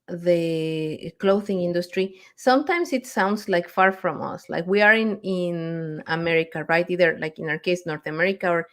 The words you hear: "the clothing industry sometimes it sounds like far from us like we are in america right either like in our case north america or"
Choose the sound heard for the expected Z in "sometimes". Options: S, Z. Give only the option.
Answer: S